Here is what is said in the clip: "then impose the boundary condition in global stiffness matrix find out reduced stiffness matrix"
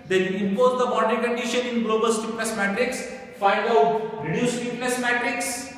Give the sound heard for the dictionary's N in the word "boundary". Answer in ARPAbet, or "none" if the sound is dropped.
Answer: none